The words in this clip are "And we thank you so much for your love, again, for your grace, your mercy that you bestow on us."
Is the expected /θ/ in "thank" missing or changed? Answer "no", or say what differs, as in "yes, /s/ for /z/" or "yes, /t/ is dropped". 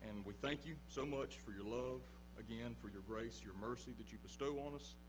no